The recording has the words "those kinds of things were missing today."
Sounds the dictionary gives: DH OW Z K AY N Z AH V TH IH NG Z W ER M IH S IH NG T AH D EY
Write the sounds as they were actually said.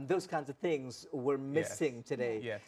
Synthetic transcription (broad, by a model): DH OW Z K AY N Z AH V TH IH NG Z W ER M IH S IH NG T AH D EY